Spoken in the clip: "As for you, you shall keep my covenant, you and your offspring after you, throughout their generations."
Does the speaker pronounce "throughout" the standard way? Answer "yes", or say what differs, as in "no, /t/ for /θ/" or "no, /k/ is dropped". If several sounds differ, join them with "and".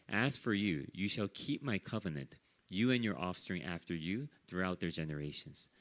yes